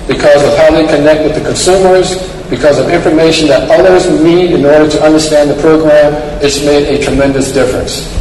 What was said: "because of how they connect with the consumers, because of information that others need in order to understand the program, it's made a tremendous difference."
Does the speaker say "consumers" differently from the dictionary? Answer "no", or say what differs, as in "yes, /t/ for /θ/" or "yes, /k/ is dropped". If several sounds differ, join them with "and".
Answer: no